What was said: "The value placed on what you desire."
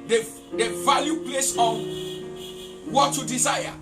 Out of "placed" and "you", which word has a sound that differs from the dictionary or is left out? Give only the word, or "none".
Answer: placed